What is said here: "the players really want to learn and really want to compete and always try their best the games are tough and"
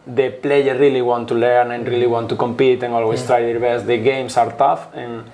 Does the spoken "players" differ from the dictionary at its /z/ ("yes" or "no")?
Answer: yes